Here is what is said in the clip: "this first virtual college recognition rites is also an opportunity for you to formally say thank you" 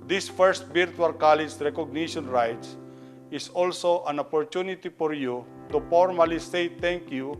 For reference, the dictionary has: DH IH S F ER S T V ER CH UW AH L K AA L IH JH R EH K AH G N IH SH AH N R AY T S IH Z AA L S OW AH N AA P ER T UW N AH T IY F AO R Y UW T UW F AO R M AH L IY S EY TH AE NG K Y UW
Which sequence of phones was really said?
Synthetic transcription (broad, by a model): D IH S F ER S T B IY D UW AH L K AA L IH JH R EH K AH G N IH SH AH N R AY T S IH S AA L S OW AH N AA P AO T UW N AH T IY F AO R Y UW T UW F AO R M AH L IY S EY T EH NG K Y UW